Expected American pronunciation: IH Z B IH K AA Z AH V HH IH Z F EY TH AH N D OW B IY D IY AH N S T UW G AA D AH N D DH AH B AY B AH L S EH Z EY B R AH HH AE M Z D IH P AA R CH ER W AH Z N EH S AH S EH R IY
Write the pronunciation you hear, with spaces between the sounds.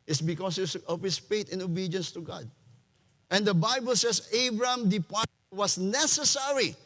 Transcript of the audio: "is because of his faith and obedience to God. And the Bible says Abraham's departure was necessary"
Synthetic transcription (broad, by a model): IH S B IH K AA S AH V HH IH S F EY T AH N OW B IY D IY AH N S T UW G AA D AH N D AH B AY B AH L S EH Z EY B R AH M D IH P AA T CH W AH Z N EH S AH S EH R IY